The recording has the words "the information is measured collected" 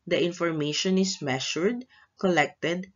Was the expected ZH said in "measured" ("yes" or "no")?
no